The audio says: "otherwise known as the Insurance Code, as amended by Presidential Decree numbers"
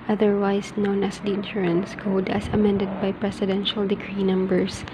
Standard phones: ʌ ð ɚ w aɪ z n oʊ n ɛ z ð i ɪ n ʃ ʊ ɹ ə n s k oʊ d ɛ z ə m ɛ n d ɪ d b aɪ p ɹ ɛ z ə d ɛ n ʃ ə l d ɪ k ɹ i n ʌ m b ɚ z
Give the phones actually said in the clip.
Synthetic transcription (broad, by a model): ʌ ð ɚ w aɪ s n oʊ n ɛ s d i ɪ n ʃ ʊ ɹ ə n s k oʊ d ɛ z ə m ɛ n d ɪ d b aɪ p ɹ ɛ s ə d ɛ n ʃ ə l d ɪ k ɹ i n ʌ m b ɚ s